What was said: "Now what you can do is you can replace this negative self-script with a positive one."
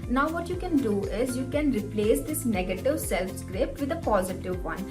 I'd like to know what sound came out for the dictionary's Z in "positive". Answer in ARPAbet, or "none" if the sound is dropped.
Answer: Z